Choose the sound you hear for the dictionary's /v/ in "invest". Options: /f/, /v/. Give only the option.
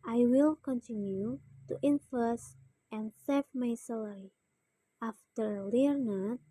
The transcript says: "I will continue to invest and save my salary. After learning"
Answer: /f/